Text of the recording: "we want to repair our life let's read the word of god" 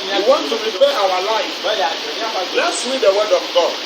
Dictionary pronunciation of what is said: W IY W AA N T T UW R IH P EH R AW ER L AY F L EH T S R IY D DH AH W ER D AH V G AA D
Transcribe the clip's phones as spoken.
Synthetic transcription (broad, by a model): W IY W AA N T T UW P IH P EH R AW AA L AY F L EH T S W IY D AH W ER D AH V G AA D